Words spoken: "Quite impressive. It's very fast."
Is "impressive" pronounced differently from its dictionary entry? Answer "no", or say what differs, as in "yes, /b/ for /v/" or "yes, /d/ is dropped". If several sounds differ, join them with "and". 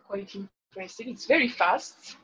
yes, /v/ is dropped